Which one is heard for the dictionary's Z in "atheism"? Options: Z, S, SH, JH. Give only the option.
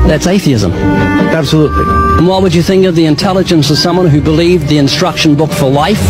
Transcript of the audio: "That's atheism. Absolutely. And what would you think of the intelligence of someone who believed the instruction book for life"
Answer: Z